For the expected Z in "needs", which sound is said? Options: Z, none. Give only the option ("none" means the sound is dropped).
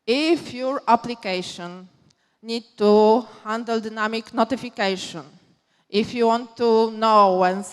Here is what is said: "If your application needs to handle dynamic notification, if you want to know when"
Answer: none